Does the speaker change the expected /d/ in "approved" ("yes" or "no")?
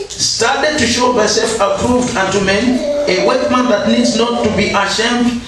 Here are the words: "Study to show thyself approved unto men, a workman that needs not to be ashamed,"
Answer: no